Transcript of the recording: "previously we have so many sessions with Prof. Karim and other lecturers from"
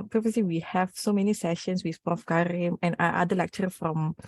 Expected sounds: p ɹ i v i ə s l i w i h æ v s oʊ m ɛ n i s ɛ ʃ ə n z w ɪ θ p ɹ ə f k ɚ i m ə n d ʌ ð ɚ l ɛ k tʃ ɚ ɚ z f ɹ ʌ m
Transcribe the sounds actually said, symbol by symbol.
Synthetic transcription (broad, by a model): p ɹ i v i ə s l i w i h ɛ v s oʊ m ɛ n i s ɛ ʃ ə n s w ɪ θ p ə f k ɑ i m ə n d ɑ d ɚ l ɛ k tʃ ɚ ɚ f ɹ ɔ m